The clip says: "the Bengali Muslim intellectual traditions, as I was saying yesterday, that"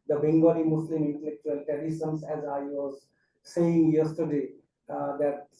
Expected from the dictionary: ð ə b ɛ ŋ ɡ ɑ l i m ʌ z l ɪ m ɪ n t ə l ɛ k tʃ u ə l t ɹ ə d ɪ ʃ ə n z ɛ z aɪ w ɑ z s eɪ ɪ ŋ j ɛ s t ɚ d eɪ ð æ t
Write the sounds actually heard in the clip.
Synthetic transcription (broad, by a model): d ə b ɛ ŋ ɡ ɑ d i m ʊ s l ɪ m ɪ n t ə l ɛ k tʃ u ə l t ə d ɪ s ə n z ɛ z aɪ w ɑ z s eɪ ɪ ŋ j ɛ s t ɚ d eɪ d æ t